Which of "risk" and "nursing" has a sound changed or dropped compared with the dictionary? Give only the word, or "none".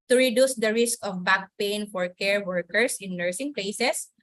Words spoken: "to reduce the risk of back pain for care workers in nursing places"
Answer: none